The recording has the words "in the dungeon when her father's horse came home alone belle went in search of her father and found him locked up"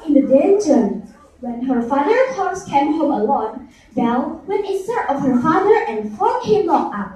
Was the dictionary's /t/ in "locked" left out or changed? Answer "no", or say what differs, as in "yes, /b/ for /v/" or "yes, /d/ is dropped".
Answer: yes, /t/ is dropped